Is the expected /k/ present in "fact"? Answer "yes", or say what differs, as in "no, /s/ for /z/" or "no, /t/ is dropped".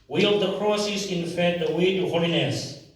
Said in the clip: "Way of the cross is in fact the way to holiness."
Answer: no, /k/ is dropped